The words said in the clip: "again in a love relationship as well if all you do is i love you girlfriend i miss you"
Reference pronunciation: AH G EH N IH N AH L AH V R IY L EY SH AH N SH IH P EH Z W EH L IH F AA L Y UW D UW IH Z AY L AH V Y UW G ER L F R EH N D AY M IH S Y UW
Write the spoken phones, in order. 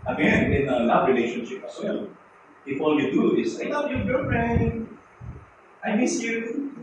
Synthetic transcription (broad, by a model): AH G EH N IH N AH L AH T R IY L EY SH AH N SH IH P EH S W EH L IH F AA L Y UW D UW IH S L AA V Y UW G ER F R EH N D AY M IH S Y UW